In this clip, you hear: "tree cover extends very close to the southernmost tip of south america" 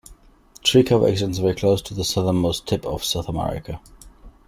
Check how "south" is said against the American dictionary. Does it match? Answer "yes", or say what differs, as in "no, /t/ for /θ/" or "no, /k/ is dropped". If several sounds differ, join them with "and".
yes